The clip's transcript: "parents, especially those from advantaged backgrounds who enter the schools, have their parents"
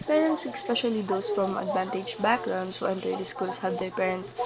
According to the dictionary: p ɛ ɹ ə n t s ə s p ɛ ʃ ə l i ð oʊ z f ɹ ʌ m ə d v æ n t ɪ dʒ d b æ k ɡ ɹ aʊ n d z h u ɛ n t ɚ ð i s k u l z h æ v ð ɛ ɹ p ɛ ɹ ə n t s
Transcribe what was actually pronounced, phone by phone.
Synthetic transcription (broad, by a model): p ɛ ɹ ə n t s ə s p ɛ ʃ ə l i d oʊ s f ɹ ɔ m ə d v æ n t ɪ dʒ b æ k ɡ ɹ aʊ n d s h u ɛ n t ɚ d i s k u l s h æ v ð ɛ ɹ p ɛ ɹ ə n t s